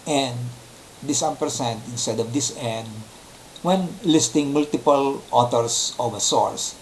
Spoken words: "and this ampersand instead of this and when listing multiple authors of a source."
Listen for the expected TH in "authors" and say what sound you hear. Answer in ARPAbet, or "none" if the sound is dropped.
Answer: T